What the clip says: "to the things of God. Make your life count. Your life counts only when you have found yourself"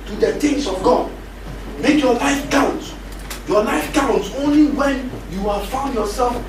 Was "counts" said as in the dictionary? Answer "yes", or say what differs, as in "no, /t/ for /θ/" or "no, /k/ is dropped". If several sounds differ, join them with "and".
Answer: no, /s/ is dropped